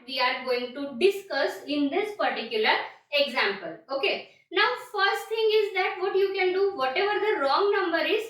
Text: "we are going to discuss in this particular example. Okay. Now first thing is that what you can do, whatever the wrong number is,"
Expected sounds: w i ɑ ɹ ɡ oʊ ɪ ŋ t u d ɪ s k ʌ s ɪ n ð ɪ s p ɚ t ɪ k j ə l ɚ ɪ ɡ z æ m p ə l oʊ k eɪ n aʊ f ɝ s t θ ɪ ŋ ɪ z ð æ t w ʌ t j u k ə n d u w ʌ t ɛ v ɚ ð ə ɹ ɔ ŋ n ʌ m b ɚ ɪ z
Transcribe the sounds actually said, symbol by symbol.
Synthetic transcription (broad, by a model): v i ɑ ɹ ɡ oʊ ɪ ŋ t u d ɪ s k ʌ s ɪ n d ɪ s p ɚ t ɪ k j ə l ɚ ɪ ɡ z æ m p ə l oʊ k eɪ n aʊ f ɝ s t t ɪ ŋ ɪ z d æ t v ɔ t j u k ə n d u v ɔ t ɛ v ɚ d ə ɹ ɔ ŋ n ʌ m b ɚ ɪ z